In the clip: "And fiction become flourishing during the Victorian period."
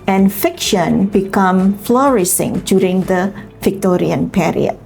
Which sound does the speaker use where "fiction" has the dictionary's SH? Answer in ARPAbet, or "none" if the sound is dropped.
SH